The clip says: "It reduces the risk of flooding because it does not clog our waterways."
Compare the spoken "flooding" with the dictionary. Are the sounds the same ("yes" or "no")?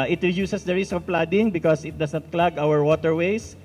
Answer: no